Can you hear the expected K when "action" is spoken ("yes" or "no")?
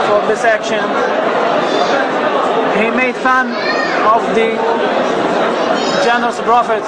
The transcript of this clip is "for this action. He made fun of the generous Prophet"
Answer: yes